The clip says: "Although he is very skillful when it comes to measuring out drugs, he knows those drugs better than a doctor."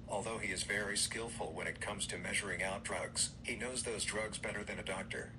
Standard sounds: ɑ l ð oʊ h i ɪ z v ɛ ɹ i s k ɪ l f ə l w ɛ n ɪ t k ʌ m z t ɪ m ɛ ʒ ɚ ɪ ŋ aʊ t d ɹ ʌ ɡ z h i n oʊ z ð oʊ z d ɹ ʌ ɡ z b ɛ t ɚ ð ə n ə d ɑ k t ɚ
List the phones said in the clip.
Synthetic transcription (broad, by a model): ɑ l ð oʊ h i ɪ z v ɛ ɹ i s k ɪ l f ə l w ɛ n ɪ t k ʌ m z t ɪ m ɛ ʒ ɚ ɪ ŋ aʊ t d ɹ ʌ ɡ z h i n oʊ z ð oʊ z d ɹ ʌ ɡ z b ɛ t ɚ ð ə n ə d ɑ k t ɚ